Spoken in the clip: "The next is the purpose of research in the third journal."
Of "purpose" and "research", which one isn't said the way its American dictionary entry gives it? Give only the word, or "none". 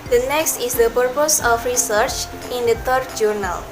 none